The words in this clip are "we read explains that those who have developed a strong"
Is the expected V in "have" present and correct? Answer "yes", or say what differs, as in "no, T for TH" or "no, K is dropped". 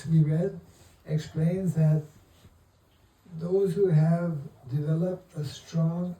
yes